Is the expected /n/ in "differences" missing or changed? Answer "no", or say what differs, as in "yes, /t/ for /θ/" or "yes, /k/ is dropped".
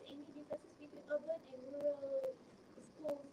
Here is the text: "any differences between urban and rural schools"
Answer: yes, /n/ is dropped